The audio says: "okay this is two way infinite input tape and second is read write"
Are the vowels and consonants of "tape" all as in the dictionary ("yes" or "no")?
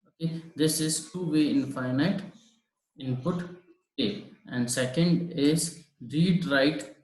no